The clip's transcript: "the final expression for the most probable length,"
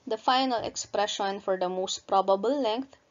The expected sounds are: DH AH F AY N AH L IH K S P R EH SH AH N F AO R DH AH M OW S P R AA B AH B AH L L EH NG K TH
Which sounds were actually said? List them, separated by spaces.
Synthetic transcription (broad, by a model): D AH F AY N AH L IH K S P R EH SH AH N F AO R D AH M OW S P R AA B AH B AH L L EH NG K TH